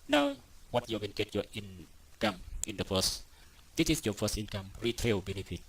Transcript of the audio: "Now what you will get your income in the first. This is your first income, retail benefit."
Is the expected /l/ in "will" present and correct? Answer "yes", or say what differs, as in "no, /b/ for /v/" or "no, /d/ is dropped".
no, /n/ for /l/